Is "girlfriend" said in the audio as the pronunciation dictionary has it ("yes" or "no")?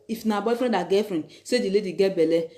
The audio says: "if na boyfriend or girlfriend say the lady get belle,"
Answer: no